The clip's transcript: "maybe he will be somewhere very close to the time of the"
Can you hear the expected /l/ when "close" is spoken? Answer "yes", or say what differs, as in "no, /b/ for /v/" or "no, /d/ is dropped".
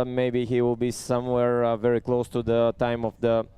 yes